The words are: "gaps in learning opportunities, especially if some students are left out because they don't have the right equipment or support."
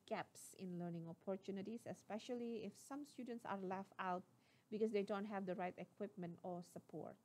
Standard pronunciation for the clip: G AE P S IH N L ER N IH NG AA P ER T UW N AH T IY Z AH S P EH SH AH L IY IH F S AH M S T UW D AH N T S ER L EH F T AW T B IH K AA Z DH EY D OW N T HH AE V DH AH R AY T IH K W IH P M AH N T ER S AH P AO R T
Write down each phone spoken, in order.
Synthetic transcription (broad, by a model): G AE P S IH N L ER N IH NG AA P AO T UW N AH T IY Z AH S P EH SH AH L IY IH F S AH M S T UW D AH N T S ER L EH F AW T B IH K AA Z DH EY D OW N T HH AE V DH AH R AY T IH K W IH P M AH N T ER S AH P AO R T